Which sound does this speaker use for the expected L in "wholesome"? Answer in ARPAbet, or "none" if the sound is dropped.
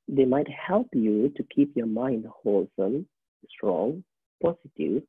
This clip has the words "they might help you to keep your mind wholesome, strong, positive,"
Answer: L